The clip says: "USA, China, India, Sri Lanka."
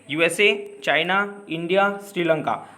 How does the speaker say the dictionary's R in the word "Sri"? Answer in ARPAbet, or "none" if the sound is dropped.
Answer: R